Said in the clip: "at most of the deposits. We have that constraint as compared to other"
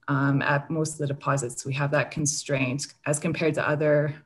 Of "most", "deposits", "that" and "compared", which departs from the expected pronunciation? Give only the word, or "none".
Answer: none